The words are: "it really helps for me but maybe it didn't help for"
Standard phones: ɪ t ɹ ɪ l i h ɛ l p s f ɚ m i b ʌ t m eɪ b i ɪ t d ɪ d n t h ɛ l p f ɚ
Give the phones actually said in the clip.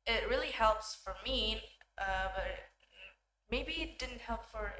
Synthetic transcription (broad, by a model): ɪ t ɹ ɪ l i h ɛ l p s f ɚ m i b ʌ t m eɪ b i ɪ t d ɪ d n t h ɛ l p f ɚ